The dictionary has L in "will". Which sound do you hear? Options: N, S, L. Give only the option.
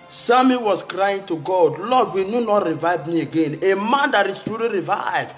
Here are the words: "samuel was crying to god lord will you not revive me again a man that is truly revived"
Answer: N